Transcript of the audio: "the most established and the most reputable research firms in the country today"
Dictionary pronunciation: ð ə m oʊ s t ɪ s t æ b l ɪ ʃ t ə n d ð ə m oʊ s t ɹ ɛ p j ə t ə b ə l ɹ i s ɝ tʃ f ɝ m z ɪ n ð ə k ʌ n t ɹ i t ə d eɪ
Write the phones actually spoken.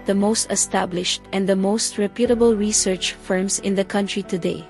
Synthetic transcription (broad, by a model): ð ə m oʊ s t ɪ s t æ b l ɪ ʃ t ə n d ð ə m oʊ s t ɹ ɛ p j ə t ə b ə l ɹ i s ɝ tʃ f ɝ m s ɪ n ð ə k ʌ n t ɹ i t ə d eɪ